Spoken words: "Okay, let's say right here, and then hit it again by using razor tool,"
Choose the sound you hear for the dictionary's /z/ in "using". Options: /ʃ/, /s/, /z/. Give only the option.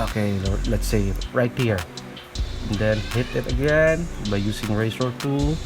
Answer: /s/